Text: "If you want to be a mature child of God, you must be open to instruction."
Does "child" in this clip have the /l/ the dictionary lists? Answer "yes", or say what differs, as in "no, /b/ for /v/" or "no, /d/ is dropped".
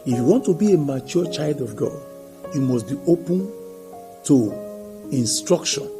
yes